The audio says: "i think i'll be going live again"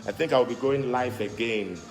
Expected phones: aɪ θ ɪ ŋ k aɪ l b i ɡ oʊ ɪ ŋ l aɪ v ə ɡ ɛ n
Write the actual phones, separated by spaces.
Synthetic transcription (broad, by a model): aɪ θ ɪ ŋ k aɪ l b i ɡ oʊ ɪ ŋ l aɪ f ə ɡ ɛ n